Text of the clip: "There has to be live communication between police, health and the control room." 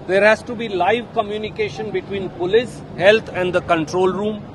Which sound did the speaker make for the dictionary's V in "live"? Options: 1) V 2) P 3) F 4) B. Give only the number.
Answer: 1